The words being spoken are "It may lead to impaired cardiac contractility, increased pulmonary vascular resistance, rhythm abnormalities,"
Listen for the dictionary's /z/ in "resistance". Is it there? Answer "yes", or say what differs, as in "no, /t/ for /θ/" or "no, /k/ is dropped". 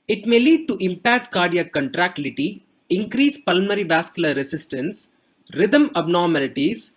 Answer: no, /s/ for /z/